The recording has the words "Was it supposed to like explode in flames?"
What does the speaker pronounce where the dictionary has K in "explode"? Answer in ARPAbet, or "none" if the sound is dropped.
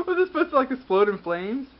none